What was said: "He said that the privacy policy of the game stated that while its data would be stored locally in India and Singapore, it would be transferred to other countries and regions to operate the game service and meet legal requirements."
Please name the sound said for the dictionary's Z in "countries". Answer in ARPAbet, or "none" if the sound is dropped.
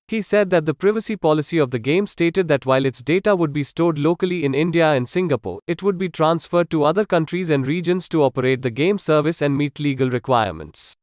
Z